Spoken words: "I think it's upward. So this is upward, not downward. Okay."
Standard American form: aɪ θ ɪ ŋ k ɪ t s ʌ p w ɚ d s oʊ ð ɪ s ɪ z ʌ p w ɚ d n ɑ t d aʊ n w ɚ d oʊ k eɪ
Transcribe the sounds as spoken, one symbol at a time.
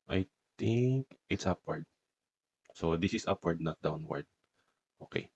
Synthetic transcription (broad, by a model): aɪ t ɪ ŋ k ɪ t s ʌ p w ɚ d s oʊ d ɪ s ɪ s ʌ p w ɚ d n ɑ t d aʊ n w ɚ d oʊ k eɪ